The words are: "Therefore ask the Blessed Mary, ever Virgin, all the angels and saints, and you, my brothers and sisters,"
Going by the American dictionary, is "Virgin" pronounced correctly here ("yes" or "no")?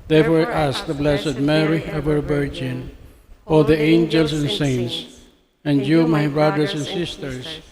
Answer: no